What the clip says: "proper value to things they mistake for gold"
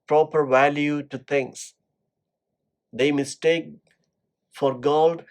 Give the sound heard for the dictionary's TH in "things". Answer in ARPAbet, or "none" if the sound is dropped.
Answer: T